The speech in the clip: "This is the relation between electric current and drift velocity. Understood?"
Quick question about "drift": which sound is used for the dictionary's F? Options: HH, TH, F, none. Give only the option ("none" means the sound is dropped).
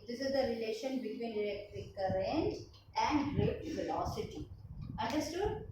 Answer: none